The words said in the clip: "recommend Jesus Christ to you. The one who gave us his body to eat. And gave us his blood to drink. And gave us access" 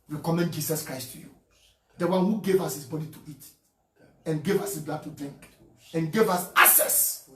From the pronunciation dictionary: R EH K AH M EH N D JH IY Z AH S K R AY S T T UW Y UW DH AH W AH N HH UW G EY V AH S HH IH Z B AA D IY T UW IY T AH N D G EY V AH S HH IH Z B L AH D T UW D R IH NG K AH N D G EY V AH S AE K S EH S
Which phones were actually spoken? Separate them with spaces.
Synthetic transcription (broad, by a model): R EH K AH M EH N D JH IY S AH S K R AY S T T UW Y UW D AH W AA N HH UW G EY V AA S HH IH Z B AA D IY T UW IY T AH N G EY V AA S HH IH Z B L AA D T UW D R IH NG K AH N G EY V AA S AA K S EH S